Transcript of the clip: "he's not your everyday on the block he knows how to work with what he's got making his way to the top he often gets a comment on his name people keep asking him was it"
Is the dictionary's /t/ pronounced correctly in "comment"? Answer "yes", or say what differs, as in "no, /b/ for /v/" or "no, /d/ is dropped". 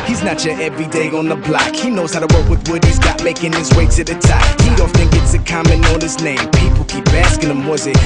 no, /t/ is dropped